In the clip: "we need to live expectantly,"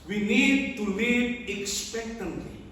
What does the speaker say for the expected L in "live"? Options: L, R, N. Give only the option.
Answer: N